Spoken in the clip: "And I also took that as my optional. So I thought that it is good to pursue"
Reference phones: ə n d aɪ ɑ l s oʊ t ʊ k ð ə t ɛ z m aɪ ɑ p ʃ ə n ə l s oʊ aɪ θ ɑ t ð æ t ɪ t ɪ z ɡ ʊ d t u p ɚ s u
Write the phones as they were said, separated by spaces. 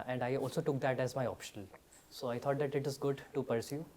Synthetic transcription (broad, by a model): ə n d aɪ ɑ l s oʊ t ʊ k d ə t ɛ z m aɪ ɑ p ʃ ə n ə l s oʊ aɪ t ɑ t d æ t ɪ t ɪ z ɡ ʊ d t u p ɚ s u